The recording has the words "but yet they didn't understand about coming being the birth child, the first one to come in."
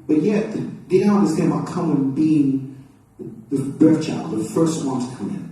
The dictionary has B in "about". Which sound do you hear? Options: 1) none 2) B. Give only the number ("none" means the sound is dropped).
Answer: 1